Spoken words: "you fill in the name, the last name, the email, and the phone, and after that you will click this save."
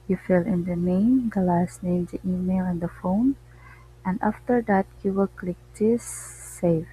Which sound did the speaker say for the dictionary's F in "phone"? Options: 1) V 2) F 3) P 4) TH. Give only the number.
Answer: 2